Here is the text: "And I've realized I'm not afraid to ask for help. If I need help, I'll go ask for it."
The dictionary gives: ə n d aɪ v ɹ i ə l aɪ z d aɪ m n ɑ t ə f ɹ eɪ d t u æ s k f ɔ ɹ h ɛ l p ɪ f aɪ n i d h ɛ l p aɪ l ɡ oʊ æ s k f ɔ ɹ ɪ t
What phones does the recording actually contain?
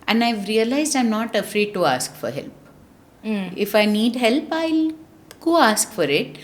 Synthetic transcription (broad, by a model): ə n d aɪ v ɹ i ə l aɪ z d aɪ m n ɑ t ə f ɹ eɪ d t u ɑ s k f ɔ ɹ h ɛ l p ɪ f aɪ n i d h ɛ l p aɪ l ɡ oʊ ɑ s k f ɔ ɹ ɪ t